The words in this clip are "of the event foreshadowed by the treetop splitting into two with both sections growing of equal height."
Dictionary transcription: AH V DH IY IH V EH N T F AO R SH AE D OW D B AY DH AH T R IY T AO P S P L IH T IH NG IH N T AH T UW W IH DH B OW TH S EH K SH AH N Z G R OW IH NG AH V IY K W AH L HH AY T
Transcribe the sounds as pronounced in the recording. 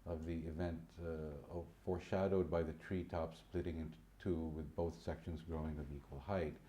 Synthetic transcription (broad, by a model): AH V DH IY IH V EH N T F AO R SH AE D OW D B AY DH AH T R IY T AO P S P L IH T IH NG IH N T T UW W IH DH B OW TH S EH K SH AH N Z G R OW IH NG AH V IY K W AH L HH AY T